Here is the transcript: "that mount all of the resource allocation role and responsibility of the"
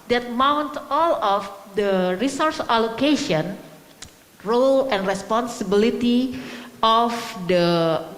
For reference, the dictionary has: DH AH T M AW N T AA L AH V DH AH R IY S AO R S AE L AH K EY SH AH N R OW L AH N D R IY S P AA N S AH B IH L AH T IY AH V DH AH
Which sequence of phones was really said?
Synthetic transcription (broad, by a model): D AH T M AW N T AA L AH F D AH R IY S AO R S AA L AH K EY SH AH N R OW L AH N D R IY S P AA N S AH B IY L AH T IY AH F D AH